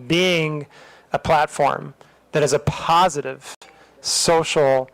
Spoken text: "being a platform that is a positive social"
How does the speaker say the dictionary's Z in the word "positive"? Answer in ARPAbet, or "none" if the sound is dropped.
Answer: Z